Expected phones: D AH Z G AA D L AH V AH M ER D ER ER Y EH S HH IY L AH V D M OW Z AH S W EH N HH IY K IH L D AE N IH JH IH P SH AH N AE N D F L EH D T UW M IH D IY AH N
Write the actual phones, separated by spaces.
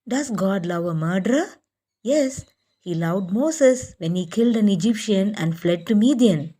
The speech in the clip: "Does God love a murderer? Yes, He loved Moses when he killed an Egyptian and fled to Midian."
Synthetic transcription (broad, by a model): D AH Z G AA D L AH V AH M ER D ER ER Y EH S HH IY L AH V D M OW S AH S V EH N HH IY K IH L D AE N IH JH IH P SH AH N AE N D F L EH D T UW M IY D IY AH N